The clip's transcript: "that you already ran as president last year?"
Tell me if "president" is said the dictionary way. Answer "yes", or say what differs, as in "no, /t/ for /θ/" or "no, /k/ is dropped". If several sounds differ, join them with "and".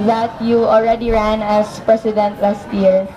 no, /s/ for /z/